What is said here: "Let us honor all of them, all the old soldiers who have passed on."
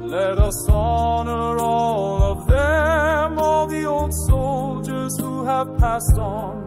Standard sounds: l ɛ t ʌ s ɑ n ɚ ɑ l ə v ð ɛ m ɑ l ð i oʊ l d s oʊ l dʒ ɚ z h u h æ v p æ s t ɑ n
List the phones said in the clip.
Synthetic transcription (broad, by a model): l ɛ t ʌ s ɑ n ɚ ɑ l ə v ð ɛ m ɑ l ð i oʊ l d s oʊ l dʒ ɚ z h u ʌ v p æ s t n